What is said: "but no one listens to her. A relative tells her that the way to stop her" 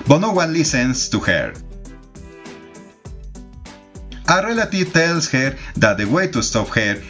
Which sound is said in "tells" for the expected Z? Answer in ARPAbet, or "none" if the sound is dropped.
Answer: S